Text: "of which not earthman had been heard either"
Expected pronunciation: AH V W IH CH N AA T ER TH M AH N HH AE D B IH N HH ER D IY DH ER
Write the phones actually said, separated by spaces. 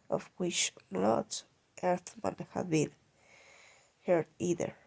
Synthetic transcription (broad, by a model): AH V W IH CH L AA T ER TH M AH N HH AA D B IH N HH ER D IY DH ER